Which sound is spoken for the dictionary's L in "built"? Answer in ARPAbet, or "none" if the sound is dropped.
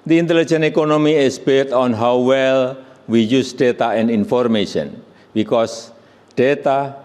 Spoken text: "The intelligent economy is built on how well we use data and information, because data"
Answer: none